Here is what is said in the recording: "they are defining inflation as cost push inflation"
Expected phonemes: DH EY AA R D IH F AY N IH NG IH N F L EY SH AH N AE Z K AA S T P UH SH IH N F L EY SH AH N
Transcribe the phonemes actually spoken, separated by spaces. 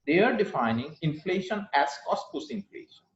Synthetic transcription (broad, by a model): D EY AA R D IH F AY N IH NG IH N F L EY SH AH N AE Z K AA S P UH S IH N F L EY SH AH N